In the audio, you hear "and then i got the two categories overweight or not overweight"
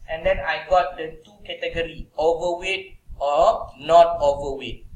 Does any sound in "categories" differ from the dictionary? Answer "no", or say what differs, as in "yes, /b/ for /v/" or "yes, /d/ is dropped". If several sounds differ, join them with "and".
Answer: yes, /z/ is dropped